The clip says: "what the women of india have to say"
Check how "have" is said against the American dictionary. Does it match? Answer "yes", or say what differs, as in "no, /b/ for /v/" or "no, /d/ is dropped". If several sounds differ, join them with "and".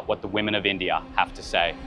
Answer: no, /f/ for /v/